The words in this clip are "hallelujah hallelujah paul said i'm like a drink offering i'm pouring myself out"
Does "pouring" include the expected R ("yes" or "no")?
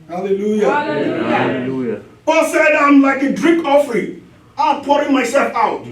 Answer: yes